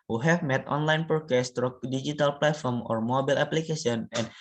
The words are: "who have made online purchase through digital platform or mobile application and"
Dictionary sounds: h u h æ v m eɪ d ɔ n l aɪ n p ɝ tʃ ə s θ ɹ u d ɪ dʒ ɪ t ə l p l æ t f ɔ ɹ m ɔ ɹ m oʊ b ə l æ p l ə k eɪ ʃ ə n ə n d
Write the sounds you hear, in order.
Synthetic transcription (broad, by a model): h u h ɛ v m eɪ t ɔ n l aɪ n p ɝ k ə s t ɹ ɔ d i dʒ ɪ t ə l p l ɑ t f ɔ ɹ m ɔ ɹ m oʊ b ə l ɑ p l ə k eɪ s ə n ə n